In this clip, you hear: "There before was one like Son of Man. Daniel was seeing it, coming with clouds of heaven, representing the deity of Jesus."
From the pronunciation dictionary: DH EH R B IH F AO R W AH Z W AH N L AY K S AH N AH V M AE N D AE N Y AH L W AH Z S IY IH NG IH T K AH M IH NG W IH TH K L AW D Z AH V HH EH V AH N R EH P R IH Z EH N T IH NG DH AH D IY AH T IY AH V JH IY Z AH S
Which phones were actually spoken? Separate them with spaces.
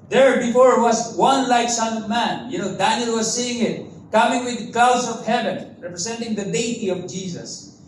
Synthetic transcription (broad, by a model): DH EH R B IH F AO R W AH Z W AH N L AY K S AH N AH V M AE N D AE N Y AH L W AH Z S IY IH NG IH T K AH M IH NG W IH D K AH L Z AH V HH EH V AH N R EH P R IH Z EH N T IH NG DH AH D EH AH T IY AH V JH IY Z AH S